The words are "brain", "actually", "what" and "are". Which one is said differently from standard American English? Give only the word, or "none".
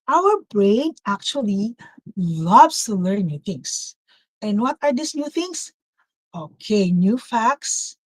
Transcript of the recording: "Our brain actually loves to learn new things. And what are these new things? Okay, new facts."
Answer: none